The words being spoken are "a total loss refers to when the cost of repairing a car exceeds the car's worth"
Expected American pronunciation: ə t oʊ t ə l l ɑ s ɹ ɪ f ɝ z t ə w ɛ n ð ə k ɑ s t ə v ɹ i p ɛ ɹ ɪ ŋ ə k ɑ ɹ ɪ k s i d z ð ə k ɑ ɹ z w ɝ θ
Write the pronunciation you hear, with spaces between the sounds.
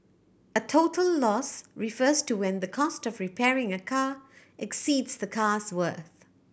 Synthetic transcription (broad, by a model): ə t oʊ t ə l l ɑ s ɹ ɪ f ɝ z t ə w ɛ n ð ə k ɑ s t ə v ɹ i p ɛ ɹ ɪ ŋ ə k ɑ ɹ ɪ k s i d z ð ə k ɑ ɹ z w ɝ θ